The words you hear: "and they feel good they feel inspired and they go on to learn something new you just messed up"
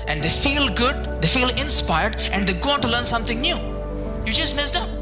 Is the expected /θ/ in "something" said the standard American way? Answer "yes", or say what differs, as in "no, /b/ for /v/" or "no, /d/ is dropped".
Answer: no, /t/ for /θ/